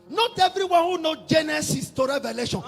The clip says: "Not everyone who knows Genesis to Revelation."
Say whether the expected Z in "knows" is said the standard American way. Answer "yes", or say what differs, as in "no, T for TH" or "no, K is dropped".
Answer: no, Z is dropped